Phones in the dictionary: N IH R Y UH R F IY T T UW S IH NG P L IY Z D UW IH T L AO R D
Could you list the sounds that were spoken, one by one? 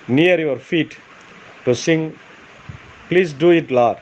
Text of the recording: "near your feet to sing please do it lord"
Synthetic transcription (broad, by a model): N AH R Y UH R F IY T T UW S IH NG P L IY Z D UW IH T L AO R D